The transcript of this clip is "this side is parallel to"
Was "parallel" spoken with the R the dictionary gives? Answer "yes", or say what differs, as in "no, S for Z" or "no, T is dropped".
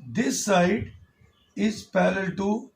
no, L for R